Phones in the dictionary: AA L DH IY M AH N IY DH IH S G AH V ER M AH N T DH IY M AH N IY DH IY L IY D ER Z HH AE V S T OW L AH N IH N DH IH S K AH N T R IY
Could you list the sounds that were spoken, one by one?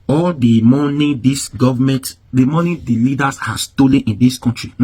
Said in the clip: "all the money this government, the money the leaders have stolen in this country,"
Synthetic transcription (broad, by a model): AA L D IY M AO N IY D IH S G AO V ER M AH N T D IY M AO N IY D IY L IY D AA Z HH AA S S T OW L AH N IH N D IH S K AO N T R IY